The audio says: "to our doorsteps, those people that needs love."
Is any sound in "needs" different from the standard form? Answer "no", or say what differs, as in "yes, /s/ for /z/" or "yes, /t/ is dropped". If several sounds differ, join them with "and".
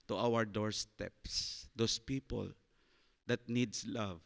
yes, /s/ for /z/